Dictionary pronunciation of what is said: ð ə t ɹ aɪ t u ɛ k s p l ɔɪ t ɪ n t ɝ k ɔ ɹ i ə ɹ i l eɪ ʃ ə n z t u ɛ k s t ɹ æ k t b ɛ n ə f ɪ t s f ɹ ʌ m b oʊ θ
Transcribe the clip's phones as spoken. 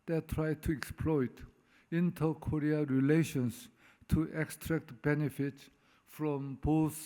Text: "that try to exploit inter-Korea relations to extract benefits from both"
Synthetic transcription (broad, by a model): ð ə t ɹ aɪ t u ɛ k s p l ɔɪ t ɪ n t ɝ k ɔ ɹ i ə ɹ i l eɪ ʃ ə n s t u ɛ k s t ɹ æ k t b ɛ n ə f ɪ t s f ɹ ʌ m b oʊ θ